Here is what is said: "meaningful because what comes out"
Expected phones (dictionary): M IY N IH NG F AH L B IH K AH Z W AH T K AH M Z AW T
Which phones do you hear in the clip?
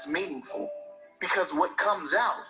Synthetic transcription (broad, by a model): M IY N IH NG F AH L B IH K AH Z W AH T K AH M Z AW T